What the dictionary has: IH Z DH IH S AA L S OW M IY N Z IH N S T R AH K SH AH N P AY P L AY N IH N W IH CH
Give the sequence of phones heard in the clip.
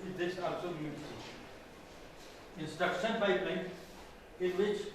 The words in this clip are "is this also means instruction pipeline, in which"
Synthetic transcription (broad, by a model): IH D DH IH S AA L S OW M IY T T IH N S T AH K S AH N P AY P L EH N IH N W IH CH